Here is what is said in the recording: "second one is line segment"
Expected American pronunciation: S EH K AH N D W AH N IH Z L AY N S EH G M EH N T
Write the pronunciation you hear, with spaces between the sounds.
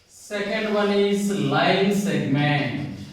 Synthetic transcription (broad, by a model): S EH K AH N D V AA L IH S L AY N S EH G M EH N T